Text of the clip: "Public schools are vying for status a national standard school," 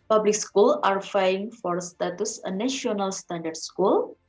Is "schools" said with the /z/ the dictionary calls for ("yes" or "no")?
no